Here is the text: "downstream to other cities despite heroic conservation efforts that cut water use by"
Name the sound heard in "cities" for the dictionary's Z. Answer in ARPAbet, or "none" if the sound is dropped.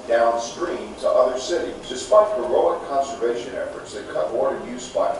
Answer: none